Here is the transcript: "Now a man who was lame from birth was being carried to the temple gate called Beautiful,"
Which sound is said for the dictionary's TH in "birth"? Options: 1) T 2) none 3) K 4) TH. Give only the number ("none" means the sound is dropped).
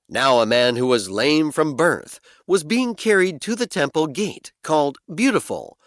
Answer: 4